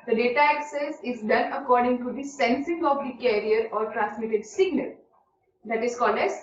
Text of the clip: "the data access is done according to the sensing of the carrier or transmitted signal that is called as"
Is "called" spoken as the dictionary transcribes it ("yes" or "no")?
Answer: yes